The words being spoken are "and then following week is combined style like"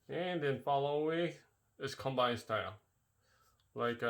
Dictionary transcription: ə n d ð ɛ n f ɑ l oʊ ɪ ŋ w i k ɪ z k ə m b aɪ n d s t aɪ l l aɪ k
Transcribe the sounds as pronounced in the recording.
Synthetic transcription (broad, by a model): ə n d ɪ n f ɑ l oʊ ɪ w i ɪ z k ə m b aɪ n s t aɪ l l aɪ k